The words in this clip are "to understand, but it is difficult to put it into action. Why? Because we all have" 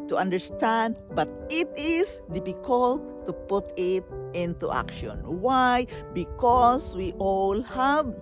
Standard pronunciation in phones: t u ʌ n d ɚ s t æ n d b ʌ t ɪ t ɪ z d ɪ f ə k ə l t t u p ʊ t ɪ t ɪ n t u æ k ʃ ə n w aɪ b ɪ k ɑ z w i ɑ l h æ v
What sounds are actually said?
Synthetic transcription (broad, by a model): t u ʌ n d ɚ s t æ n d b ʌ t ɪ t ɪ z d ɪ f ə k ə l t t u p ʊ t ɪ t ɪ n t u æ k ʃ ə n w aɪ b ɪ k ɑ s w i ɑ l h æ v